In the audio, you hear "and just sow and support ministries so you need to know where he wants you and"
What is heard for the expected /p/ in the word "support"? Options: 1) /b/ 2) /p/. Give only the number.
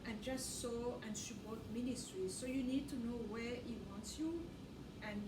1